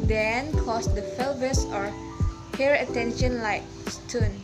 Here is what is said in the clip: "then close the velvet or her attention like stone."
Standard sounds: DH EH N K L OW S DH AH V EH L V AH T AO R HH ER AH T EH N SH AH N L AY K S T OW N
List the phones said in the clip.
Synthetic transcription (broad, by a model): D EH N K OW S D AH F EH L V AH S AO R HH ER AH T EH N SH AH N L AY K S T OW N